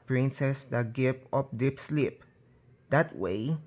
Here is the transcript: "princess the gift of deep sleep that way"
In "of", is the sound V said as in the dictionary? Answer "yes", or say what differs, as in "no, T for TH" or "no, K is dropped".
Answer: no, P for V